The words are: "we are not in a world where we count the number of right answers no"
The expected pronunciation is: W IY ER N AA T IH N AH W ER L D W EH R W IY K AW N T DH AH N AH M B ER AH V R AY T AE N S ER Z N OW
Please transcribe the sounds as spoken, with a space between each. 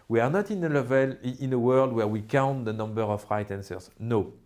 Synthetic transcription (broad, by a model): W IY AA N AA T IH N AH W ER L D W EH R W IY K AW N T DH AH N AH M B ER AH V R AY T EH N S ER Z N OW